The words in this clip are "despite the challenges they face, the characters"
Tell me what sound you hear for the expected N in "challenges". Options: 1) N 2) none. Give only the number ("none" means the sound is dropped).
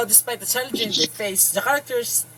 2